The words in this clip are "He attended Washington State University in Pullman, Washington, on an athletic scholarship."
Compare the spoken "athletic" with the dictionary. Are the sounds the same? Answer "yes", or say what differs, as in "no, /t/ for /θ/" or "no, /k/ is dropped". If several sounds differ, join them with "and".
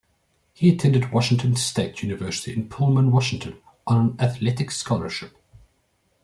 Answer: yes